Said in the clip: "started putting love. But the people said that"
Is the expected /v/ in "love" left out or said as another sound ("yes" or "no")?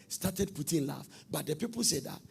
yes